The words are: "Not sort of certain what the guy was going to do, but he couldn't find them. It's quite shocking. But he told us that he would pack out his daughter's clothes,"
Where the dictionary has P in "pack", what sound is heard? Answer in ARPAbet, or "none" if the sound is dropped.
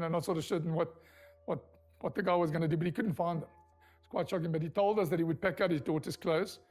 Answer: P